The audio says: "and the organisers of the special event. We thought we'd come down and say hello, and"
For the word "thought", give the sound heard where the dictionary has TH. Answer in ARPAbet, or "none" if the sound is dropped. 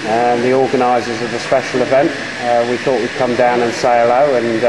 TH